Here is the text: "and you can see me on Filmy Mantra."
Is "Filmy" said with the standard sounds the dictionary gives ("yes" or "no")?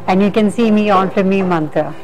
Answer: no